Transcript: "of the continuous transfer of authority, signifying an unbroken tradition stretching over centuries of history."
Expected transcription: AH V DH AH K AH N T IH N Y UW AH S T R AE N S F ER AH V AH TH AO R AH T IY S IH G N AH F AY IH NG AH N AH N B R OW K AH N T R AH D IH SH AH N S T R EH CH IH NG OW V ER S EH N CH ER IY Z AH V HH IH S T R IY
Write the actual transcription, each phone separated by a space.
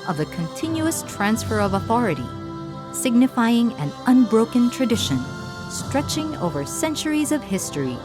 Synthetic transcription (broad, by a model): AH V DH AH K AH N T IH N Y UW AH S T R AE N S F ER AH V AH TH AO R AH T IY S IH G N AH F AY IH NG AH N AH N B R OW K AH N T R AH D IH SH AH N S T R EH CH IH NG OW V ER S EH N CH ER IY Z AH V HH IH S T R IY